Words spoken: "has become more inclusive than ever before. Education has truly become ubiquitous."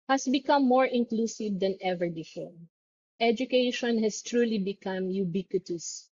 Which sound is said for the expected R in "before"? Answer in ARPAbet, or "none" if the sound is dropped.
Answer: L